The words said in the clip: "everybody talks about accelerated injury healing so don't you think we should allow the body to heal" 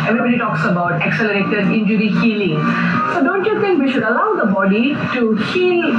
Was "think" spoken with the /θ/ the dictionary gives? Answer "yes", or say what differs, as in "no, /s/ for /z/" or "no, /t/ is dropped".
no, /t/ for /θ/